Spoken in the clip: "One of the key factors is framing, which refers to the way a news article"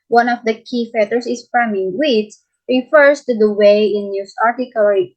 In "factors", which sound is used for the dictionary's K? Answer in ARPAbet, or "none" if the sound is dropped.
none